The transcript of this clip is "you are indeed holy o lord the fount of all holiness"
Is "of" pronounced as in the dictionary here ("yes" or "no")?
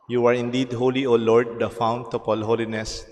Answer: no